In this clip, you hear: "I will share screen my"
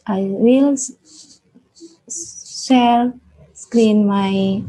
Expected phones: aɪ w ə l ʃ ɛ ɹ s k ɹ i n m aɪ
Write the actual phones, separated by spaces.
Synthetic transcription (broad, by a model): aɪ w ə l s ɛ l s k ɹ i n m aɪ